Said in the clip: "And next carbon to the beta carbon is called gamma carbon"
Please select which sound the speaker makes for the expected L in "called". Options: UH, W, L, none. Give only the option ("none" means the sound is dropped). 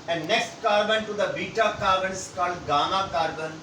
L